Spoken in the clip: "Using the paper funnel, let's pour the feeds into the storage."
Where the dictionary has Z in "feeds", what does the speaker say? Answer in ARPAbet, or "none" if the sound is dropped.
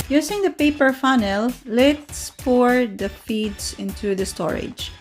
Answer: S